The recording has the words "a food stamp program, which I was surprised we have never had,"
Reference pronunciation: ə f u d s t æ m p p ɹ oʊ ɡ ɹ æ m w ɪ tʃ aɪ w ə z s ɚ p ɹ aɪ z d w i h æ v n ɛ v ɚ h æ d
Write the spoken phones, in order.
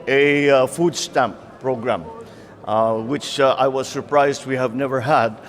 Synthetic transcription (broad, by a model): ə f u d s t æ m p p ɹ oʊ ɡ ɹ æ m w ɪ tʃ aɪ w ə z s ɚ p ɹ aɪ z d w i h æ v n ɛ v ɚ h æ d